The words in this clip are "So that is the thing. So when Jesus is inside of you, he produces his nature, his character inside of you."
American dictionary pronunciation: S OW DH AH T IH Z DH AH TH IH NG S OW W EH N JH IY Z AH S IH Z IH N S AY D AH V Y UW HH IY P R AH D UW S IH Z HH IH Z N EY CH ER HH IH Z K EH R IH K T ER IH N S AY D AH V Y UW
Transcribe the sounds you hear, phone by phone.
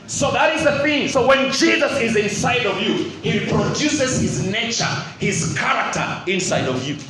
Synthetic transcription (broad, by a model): S OW DH AH T IH Z DH AH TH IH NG S OW W EH N JH IY Z AH S IH Z IH N S AY D AH V Y UW HH IY P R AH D UW S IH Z HH IH Z N EY CH ER HH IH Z K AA R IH K T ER IH N S AY D AH V Y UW